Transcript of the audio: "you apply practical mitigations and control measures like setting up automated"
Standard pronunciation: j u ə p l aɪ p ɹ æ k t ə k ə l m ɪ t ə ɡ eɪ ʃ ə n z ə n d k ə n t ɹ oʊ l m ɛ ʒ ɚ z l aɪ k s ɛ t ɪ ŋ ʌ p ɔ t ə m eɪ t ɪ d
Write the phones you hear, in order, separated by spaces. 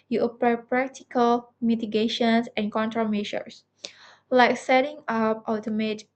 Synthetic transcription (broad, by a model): j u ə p aɪ p ɹ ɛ k t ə k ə l m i t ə ɡ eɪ ʃ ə n s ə n k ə n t ɹ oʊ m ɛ ʃ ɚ s l aɪ k s ɛ t ɪ ŋ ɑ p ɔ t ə m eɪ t